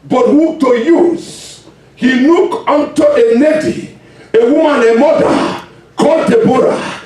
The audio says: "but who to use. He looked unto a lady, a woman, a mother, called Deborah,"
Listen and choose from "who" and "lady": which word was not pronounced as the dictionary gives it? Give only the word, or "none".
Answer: lady